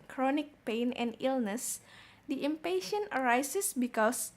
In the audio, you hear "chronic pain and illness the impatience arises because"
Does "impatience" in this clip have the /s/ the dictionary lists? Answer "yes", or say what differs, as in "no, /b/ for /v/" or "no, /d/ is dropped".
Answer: no, /s/ is dropped